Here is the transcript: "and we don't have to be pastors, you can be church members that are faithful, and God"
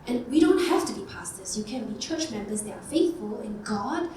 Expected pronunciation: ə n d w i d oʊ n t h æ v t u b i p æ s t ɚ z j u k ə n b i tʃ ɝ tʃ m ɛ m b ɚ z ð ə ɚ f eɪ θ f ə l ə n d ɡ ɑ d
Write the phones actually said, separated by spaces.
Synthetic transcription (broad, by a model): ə n w i d oʊ n t h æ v t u b i p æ s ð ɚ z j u k ə n b i tʃ ɝ tʃ m ɛ m b ɚ z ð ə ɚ f eɪ θ f ə l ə n ɡ ɑ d